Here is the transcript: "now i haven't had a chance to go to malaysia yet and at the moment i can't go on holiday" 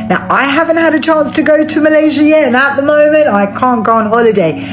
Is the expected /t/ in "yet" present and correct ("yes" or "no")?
no